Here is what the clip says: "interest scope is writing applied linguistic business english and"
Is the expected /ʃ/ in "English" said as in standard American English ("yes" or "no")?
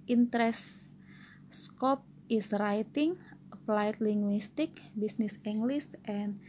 no